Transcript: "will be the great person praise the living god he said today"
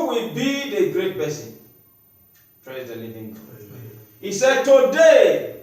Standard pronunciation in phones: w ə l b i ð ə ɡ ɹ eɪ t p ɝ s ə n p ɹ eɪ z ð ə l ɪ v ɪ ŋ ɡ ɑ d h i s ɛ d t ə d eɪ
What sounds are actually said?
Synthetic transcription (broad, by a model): w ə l b i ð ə ɡ ɹ eɪ t b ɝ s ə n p ɹ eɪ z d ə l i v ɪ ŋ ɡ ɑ h i s ɛ d t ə d eɪ